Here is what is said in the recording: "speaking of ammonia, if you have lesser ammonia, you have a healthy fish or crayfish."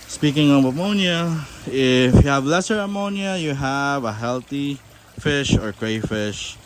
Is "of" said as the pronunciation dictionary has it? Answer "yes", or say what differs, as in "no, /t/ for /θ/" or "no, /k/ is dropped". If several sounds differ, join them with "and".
no, /b/ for /v/